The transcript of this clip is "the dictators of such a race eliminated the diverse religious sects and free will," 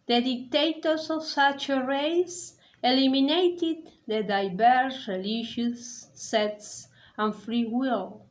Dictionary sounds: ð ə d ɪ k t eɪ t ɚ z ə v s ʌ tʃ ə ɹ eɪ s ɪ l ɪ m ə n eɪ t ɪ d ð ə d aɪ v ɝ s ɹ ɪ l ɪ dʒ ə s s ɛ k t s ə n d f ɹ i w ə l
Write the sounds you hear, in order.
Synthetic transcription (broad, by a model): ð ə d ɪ k t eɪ t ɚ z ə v s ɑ tʃ ə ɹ eɪ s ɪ l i m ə n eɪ t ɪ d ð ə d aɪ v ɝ s ɹ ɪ l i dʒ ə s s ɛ t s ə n f ɹ i w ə l